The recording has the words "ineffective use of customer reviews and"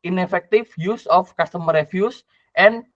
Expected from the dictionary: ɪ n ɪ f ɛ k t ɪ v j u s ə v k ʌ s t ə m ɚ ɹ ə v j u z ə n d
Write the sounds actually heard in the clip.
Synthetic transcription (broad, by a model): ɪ n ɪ f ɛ k t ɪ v j u s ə f k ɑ s t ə m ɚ ɹ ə f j u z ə n